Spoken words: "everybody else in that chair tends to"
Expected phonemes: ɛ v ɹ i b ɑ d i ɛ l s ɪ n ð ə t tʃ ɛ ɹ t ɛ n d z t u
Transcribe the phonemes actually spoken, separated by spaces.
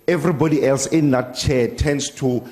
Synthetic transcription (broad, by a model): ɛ v ɹ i b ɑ d i ɛ l s ɪ n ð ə t tʃ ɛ t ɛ n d s t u